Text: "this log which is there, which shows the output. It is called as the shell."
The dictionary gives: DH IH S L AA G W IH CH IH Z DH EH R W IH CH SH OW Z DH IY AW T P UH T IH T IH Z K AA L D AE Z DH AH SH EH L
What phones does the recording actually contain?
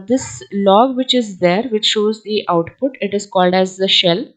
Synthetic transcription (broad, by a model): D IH S L AA G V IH CH IH Z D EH R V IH CH SH OW Z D IY AW T P UH T IH T IH Z K AA L D AE Z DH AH SH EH L